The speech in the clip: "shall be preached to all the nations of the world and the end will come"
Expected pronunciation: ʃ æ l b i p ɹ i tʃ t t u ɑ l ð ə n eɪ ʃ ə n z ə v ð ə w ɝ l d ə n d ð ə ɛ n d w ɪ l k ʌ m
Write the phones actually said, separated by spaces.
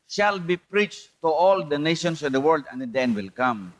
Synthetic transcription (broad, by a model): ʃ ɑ l b i p ɹ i tʃ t t u ɑ l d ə n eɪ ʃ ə n s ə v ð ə w ɝ l d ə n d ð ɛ n w ɪ l k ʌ m